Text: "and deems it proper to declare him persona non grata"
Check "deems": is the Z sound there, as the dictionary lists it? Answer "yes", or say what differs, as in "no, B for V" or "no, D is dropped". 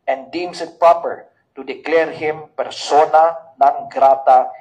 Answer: no, S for Z